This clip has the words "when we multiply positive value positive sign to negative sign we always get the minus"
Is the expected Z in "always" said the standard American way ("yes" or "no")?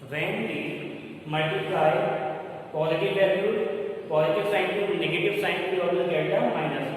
no